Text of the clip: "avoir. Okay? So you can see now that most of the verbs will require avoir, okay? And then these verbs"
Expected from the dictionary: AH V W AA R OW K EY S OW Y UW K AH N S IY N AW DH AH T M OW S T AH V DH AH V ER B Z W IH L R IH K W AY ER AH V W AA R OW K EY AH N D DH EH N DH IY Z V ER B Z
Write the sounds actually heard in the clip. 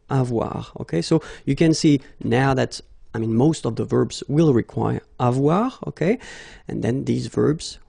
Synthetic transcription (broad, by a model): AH V W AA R OW K EY S OW Y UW K AH N S IY N AW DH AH T M OW S T AH V DH AH V ER B Z W IH L R IH K W AY ER AH V W AA R OW K EY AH N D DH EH N DH IY Z V ER B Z